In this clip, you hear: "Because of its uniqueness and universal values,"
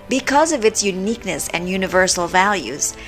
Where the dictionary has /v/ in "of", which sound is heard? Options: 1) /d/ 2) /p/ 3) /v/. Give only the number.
3